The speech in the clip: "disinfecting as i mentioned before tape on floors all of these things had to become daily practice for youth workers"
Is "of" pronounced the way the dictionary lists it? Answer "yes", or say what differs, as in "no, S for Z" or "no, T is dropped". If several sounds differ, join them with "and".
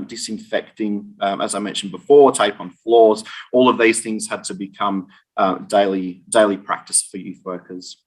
yes